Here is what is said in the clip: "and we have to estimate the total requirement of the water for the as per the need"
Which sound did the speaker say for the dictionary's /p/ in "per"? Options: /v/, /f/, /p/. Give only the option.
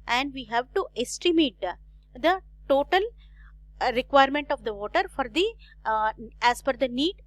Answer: /f/